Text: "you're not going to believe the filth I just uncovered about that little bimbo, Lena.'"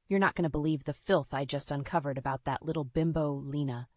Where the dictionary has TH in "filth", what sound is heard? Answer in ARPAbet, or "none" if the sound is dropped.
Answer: TH